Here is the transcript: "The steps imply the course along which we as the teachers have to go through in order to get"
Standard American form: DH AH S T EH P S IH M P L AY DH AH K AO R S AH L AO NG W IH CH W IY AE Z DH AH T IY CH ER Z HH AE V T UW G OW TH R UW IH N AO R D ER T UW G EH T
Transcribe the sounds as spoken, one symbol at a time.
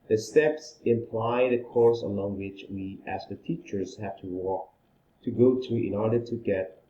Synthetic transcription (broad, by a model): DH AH S T EH P S IH M P L AY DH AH K AO R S AH L AO NG W IH CH W IY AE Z DH AH T IY CH ER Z HH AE W T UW G OW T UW IH N AO R D ER T UW G EH T